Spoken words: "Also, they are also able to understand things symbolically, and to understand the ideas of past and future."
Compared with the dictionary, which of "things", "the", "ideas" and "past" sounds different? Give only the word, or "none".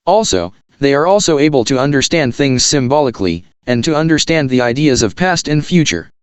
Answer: none